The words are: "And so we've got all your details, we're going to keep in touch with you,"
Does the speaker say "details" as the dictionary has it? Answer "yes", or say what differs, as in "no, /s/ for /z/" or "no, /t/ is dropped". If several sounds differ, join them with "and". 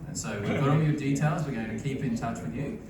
yes